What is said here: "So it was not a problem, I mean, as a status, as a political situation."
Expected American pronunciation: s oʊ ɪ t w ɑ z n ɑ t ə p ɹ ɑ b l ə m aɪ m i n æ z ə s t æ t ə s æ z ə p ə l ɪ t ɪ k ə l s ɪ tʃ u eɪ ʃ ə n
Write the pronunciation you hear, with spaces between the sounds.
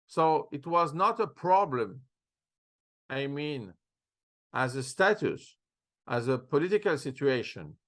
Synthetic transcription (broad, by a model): s oʊ ɪ t w ɑ z n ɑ t ə p ɹ ɑ b l ə m aɪ m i n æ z ə s t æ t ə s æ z ə p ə l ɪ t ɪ k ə l s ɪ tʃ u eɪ ʃ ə n